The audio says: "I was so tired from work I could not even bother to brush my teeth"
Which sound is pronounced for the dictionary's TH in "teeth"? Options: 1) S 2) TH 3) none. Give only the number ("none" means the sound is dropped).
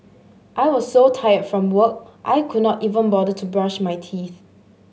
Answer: 2